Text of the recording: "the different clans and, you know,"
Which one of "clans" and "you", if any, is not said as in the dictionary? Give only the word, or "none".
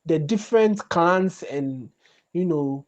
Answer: clans